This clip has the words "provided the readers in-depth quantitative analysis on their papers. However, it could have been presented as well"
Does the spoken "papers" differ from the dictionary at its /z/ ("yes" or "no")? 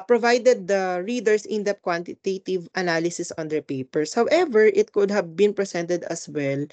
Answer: yes